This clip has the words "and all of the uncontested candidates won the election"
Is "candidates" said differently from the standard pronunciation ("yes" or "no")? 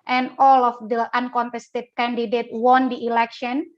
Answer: yes